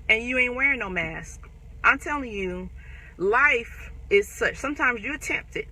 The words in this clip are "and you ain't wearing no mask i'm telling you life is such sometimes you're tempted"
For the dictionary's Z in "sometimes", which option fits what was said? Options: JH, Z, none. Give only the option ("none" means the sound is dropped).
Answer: Z